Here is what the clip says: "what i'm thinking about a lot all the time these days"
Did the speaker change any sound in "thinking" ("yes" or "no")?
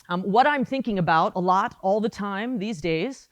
no